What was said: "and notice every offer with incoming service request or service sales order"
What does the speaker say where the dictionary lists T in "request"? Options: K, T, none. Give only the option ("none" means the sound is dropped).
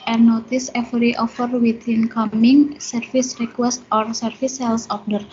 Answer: T